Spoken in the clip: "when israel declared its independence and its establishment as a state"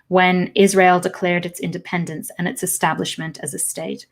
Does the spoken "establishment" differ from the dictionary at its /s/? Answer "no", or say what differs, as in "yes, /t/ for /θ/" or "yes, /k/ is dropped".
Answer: no